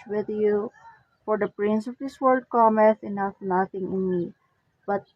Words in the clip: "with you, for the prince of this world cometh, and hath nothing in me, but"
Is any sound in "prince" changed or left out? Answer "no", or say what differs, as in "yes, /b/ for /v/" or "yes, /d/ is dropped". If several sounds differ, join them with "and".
no